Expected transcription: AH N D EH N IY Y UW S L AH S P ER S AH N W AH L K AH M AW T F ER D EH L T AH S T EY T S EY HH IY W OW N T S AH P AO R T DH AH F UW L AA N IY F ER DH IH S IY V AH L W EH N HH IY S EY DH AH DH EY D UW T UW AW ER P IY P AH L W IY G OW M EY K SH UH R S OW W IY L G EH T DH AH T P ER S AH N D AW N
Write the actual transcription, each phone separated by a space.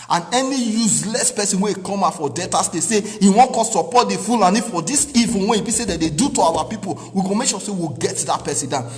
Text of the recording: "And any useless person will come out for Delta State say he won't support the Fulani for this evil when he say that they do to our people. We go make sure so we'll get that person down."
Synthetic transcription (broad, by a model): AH N EH N IY Y UW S L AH S P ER S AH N W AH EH K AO M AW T F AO D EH T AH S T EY S EY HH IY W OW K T S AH P AO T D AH F UW L AA N IY F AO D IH S IY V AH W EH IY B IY S EY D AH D EY D UW T UW AW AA P IY P AH L W IY G OW M EY K SH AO S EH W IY G EH T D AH T P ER S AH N D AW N